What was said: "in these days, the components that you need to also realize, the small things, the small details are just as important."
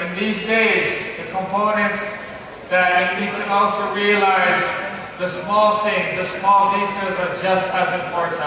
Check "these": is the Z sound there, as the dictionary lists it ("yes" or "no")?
yes